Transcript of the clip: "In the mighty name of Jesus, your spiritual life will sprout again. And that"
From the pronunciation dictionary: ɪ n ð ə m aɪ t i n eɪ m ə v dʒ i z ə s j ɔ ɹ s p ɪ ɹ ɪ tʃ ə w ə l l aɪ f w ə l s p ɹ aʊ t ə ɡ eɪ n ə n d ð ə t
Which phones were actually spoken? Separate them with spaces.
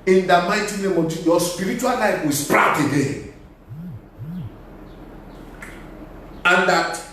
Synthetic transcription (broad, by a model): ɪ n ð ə m aɪ t i n eɪ m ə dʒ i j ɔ s p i ɹ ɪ tʃ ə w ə l l aɪ f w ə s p ɹ aʊ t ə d eɪ ə n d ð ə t